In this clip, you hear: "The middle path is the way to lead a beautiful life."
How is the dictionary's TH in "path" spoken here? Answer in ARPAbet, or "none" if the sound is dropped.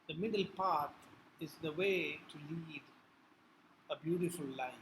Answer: T